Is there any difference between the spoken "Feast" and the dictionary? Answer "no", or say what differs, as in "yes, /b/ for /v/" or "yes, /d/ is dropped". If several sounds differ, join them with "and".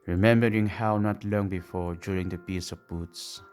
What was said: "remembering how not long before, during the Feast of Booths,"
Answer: yes, /p/ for /f/ and /t/ is dropped